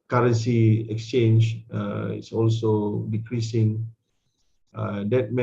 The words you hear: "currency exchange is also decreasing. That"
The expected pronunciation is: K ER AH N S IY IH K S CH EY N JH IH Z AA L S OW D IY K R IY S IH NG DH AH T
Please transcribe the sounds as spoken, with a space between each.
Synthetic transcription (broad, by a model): K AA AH N S IY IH K S CH EY N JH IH S AA L S OW D IY K R IY S IH NG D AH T